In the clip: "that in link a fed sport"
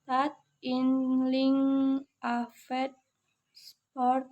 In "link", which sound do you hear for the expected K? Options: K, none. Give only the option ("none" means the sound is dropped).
none